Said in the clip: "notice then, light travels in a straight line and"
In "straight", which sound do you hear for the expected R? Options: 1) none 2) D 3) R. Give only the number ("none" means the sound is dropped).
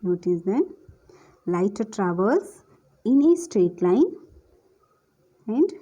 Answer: 3